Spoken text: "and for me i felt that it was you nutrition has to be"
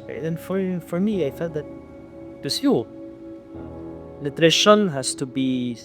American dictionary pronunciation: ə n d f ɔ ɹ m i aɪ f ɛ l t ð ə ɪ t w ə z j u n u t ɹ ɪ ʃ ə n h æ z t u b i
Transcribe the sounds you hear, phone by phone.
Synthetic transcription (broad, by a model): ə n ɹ f ɔ ɹ m i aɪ f ɛ l t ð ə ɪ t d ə s j u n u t ɹ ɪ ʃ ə n h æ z t u b i